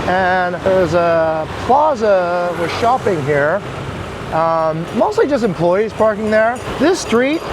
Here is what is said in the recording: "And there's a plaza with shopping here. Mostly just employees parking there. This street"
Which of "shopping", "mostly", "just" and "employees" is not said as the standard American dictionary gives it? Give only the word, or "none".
none